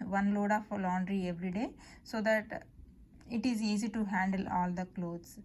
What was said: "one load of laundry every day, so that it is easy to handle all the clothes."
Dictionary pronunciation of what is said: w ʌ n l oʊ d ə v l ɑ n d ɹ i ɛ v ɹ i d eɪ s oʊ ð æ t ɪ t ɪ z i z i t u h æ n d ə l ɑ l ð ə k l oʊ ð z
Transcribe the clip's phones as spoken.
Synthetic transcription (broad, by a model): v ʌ n l oʊ d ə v l ɑ n d ɹ i ɛ v ɹ i d eɪ s oʊ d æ t ɪ t ɪ z i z i t u h æ n d ə l ɑ l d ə k l oʊ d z